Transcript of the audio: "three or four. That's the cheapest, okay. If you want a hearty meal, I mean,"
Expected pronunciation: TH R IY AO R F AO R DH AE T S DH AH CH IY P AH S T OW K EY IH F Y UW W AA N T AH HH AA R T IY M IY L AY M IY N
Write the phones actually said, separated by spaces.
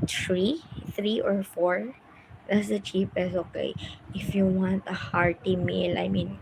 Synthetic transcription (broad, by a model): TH R IY AO R F AO R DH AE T S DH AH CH IY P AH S OW K EY IH F Y UW W AA N T AH HH AA R T IY M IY L AY M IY N